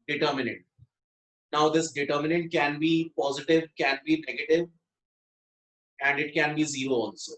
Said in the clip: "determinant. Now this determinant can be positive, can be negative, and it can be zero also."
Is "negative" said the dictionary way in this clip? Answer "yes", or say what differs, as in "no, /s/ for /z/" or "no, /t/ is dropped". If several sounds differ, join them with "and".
yes